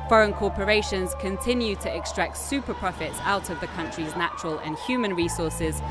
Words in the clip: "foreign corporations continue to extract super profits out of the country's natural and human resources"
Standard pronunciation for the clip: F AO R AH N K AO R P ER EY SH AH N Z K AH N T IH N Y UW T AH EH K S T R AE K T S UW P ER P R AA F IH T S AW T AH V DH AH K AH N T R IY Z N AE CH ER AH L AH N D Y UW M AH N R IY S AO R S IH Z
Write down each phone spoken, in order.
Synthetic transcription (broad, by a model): F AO R AH N K AO P ER EY SH AH N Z K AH N T IH N Y UW T AH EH K S T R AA K T S UW P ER P R AA F IH T S AW T AH V DH AH K AH N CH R IY Z N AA CH ER AH L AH N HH Y UW M AH N R IY S AO S IH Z